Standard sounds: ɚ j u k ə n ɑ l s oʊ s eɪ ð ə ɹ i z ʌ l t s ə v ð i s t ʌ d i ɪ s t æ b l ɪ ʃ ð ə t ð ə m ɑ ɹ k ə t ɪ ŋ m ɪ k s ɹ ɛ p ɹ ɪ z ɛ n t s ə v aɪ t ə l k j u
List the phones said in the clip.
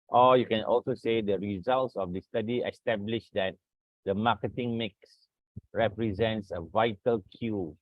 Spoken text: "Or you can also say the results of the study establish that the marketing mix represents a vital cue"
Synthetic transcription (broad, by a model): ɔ j u k ə n ɑ l s oʊ s eɪ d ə ɹ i z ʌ l t s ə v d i s t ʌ d i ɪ s t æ b l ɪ ʃ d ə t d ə m ɑ k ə t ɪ ŋ m ɪ k s ɹ ɛ p ɹ ɪ z ɛ n t s ə v aɪ t ə l k j u